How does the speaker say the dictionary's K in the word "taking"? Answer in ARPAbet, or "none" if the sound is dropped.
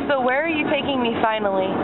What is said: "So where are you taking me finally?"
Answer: K